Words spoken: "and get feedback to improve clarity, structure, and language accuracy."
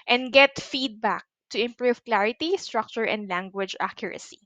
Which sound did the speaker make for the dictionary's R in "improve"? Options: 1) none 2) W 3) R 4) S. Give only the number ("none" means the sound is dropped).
3